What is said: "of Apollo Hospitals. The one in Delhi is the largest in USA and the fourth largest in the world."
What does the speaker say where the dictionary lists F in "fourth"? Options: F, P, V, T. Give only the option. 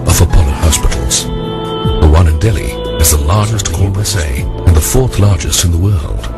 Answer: F